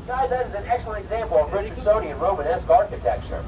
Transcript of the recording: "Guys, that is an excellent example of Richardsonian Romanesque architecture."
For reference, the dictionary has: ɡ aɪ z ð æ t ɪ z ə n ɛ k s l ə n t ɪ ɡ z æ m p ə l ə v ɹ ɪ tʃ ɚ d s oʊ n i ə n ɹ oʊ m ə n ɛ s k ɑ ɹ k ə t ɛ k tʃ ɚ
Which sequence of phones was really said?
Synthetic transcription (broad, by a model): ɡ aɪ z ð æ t ɪ z ə n ɛ k s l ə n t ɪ ɡ z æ m p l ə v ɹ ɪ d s oʊ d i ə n ɹ oʊ m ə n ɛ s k ɑ ɹ k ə t ɛ k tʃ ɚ